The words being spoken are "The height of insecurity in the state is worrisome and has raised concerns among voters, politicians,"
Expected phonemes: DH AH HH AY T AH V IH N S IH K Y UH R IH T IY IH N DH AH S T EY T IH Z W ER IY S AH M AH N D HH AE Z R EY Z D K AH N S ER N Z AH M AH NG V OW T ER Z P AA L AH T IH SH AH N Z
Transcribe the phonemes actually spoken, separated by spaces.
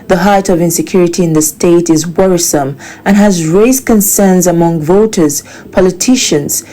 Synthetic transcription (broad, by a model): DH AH HH AY T AH V IH N S IH K Y UH R IH T IY IH N DH AH S T EY T IH Z W ER IY S AH M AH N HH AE Z R EY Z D K AH N S ER N Z AH M AH NG V OW T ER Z P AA L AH T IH SH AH N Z